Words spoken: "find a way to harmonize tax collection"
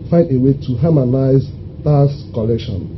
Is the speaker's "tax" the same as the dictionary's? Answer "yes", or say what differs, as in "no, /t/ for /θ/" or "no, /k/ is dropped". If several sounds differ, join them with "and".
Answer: no, /k/ is dropped